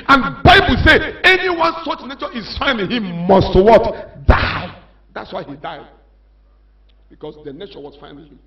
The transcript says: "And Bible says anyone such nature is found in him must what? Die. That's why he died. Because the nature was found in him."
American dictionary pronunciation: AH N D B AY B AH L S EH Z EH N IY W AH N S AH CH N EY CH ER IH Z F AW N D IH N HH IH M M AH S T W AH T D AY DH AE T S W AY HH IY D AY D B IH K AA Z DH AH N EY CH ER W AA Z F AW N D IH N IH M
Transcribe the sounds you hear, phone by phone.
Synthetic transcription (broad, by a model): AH N B AY B AH L S EH EH N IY W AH N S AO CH N EY CH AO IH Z F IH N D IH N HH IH M M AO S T W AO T D AY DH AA T S W AY HH IY D AY D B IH K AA S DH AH N EY CH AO W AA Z F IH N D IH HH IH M